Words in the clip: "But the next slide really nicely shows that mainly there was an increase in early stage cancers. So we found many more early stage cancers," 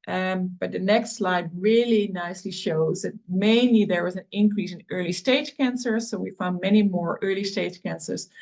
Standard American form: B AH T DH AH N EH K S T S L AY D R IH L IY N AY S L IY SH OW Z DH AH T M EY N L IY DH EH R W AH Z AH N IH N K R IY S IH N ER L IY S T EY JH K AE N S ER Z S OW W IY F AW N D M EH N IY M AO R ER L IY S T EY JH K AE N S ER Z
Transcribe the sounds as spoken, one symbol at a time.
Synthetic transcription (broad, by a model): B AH T DH AH N EH K S T S L AY D R IH L IY N AY S L IY SH OW Z DH AH T M EY N L IY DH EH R W AH Z AH N IH N K R IY S IH N ER L IY S T EY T K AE N S ER S OW W IY F AW N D M EH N IY M AO R ER L IY S T EY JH K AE N S ER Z